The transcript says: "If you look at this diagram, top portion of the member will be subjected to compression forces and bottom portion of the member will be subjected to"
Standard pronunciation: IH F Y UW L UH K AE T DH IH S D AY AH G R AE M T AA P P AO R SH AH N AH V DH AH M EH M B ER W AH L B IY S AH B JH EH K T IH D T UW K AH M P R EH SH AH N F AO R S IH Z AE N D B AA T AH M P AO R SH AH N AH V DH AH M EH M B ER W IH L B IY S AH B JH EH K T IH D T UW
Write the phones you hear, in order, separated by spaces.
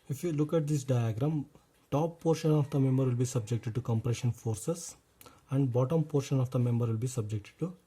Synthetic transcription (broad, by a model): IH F Y UW L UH K AE T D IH S D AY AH G R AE M T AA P P AO R SH AH N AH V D AH M EH M B ER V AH L B IY S AH B JH EH K T IH D T UW K AH M P R EH SH AH N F AO R S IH S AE N D B AA T AH M P AO R SH AH N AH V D AH M EH M B ER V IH L B IY S AH B JH EH K T IH D T UW